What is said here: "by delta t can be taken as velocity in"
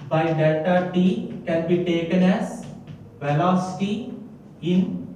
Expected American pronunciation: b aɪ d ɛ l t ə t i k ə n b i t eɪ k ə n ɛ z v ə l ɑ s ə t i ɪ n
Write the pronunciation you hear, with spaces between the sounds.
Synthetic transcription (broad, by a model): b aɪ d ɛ t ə t i k ə n b i t eɪ k ə n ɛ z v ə l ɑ s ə t i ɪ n